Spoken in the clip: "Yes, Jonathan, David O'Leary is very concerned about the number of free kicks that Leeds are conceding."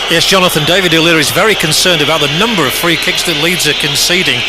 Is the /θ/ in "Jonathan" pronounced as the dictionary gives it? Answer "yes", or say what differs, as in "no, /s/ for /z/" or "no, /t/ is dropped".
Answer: yes